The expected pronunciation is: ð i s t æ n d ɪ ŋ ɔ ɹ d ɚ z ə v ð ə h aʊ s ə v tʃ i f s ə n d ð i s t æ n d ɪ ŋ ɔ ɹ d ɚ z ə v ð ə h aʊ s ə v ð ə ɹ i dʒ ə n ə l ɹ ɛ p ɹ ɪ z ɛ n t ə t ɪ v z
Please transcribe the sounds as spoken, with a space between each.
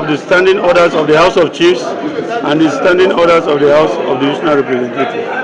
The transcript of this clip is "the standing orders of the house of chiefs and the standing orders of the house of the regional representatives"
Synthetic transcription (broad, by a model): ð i s t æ n d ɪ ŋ ɔ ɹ d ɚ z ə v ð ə h aʊ s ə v tʃ i f s ə n d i s t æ n d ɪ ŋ ɔ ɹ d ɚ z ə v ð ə h aʊ s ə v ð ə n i ʃ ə n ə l ɹ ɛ p ɹ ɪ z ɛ n t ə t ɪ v